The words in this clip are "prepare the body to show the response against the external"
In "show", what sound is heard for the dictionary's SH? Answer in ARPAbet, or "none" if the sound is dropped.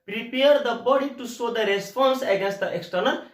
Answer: S